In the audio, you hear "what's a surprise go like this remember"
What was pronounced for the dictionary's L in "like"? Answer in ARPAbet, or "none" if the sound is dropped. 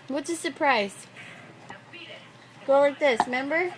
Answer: W